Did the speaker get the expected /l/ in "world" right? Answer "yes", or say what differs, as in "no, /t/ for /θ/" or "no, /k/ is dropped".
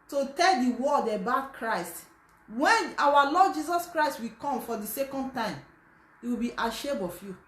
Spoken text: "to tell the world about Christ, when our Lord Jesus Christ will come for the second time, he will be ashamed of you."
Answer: no, /l/ is dropped